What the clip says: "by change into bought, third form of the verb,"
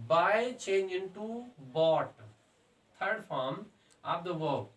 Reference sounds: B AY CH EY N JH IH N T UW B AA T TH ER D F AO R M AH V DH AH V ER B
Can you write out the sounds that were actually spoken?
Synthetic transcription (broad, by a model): B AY CH EY N JH IH N T UW B AA T T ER D F AO R M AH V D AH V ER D